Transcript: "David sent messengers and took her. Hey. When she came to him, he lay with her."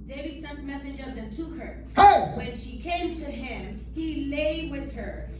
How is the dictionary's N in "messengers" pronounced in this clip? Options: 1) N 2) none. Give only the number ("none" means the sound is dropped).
1